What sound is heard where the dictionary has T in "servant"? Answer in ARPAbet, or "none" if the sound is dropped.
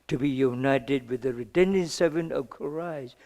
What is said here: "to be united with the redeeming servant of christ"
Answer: none